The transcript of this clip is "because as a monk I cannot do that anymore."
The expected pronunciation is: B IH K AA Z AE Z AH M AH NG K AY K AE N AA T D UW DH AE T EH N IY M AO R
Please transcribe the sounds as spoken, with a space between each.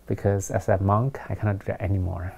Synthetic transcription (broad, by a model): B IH K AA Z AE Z AH M AH NG K AY K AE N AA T D UW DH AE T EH N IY M AO R